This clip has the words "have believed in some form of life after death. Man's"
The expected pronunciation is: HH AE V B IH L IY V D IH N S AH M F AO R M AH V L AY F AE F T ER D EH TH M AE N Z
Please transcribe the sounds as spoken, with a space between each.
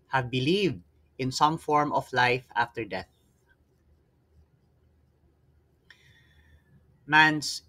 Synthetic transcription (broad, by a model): HH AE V B IH L IY V D IH N S AH M F AO R M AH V L AY F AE F T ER D EH TH M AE N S